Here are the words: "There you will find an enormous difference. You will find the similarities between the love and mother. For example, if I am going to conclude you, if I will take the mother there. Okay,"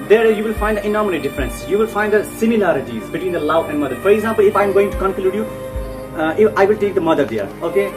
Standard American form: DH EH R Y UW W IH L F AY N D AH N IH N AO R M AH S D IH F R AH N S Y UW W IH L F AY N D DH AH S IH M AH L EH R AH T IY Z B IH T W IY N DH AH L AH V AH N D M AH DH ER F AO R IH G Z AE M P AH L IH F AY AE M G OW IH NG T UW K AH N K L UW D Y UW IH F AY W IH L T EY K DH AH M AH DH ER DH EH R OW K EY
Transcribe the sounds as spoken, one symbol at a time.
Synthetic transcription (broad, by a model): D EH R Y UW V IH L F AY N D AH N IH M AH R AH D IH F R AH N S Y UW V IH L F AY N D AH S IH M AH L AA R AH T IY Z B IH T W IY N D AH L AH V AH N D M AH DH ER F AO R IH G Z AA M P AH L IH F AY M G OW IH NG T UW K AH N K L UW D Y UW IH F AY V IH L T EY K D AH M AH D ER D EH R OW K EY